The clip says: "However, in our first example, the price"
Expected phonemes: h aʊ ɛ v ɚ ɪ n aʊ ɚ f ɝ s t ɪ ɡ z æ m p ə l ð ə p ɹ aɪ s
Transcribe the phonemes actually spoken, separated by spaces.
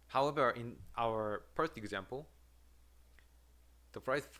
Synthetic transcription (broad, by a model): h aʊ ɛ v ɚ ɪ n aʊ ɚ p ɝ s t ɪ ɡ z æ m p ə l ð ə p ɹ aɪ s